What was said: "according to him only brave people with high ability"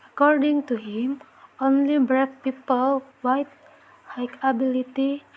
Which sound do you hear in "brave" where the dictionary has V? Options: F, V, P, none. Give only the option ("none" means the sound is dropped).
F